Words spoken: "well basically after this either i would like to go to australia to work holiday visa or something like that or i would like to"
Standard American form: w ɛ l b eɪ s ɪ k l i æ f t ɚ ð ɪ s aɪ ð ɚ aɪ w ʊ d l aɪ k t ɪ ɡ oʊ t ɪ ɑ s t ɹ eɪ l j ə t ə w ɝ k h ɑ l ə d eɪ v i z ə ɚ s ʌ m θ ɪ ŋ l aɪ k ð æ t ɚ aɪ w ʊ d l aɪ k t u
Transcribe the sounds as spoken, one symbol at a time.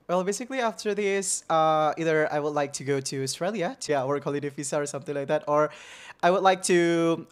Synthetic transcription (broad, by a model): w ɛ l b eɪ s ɪ k l i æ f t ɚ ð ɪ s aɪ ð ɚ aɪ w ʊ d l aɪ k t ɪ ɡ oʊ t ɪ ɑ s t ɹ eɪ l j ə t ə w ɝ k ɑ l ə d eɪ f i s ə ɚ s ʌ m θ ɪ ŋ l aɪ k ð æ t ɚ aɪ w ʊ d l aɪ k t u